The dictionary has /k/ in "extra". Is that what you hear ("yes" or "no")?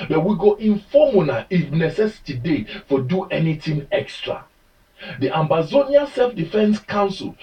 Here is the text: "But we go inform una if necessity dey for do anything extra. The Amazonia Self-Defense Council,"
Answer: yes